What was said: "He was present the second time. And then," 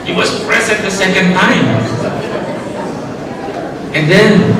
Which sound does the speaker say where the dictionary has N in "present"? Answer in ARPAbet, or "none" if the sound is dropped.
none